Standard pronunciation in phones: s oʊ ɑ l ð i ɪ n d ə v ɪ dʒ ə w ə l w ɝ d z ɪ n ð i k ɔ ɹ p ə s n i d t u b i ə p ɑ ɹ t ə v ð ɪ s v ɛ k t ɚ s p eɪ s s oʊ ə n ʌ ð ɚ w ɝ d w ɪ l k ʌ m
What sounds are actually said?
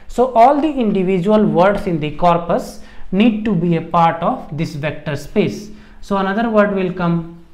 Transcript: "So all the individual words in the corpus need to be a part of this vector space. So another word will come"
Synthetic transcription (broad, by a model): s oʊ ɑ l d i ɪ n d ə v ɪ dʒ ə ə l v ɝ d s ɪ n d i k ɔ ɹ p ə s n i d t u b i ə p ɑ ɹ t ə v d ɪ s v ɛ k t ɚ s p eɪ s s oʊ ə n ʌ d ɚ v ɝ d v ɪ l k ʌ m